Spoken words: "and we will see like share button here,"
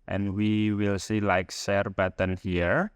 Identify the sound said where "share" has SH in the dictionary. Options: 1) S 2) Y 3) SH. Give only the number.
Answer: 1